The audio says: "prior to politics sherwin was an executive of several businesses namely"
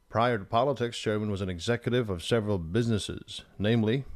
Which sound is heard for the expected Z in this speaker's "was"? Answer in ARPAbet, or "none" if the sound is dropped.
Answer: Z